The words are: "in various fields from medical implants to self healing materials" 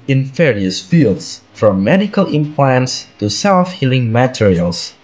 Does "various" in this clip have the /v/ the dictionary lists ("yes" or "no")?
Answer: no